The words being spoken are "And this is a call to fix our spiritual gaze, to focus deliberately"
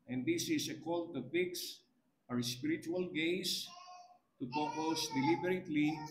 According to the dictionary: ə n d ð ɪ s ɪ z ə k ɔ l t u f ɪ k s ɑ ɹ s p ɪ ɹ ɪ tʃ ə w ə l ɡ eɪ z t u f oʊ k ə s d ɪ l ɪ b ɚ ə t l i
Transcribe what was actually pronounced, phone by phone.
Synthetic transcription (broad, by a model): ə n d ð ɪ s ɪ s ə k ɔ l t u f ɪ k s ɑ ɹ s p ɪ ɹ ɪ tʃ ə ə l ɡ eɪ s t u p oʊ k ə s d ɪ l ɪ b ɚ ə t l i